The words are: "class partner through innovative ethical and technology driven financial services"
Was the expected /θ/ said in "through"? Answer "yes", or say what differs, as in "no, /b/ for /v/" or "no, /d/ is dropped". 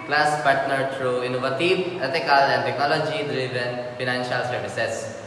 no, /t/ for /θ/